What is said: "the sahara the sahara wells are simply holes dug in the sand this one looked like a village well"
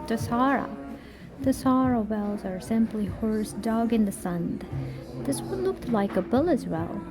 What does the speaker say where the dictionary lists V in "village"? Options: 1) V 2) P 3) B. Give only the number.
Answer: 3